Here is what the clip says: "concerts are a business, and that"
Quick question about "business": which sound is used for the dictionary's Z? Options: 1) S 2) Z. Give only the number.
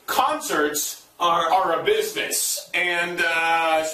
2